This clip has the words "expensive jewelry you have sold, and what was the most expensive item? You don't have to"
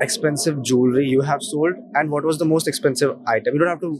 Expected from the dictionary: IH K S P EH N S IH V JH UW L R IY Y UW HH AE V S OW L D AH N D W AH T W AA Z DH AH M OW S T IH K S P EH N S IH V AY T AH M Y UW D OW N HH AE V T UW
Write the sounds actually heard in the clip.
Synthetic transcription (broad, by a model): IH K S P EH N S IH V JH UW L R IY Y UW HH AE V S OW L D AH N D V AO T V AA Z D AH M OW S T IH K S P EH N S IH V AY T AH M Y UW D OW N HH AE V T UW